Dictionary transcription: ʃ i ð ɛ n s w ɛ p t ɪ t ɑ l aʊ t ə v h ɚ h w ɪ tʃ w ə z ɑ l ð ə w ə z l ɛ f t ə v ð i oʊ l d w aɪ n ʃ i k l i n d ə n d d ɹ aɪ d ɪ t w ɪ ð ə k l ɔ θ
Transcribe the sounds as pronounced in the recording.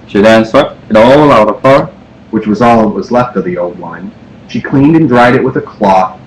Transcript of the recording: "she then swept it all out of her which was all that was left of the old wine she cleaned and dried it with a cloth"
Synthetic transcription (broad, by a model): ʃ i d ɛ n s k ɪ t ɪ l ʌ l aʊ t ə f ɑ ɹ w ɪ tʃ w ə z ɑ l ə w ə z l ɛ f t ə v ð i oʊ l d w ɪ n ʃ i k l i n d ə n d d ɹ aɪ d ɪ t w ɪ ð ə k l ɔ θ